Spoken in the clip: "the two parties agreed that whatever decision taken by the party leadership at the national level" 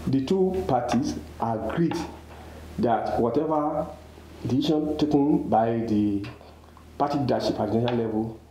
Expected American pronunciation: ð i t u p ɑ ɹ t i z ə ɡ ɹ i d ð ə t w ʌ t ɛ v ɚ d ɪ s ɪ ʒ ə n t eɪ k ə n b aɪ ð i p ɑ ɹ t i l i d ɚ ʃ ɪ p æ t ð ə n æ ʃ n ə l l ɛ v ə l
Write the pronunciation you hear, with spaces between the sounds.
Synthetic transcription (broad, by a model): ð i t u p ɑ t i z ə ɡ ɹ i d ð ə t w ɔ t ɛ v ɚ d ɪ ɪ ʃ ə n t eɪ k ə n b aɪ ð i p ɑ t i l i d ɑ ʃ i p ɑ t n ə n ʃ ə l l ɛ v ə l